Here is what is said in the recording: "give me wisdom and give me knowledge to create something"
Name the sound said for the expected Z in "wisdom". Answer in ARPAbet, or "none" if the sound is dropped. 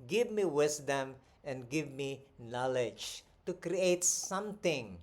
S